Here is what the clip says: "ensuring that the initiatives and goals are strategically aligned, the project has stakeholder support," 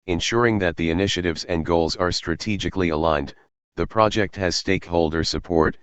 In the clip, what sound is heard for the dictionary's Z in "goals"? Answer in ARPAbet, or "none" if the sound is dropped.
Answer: Z